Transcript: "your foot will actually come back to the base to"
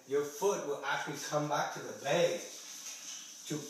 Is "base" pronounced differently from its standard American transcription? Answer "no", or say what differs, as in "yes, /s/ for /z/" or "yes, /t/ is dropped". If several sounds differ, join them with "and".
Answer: yes, /s/ is dropped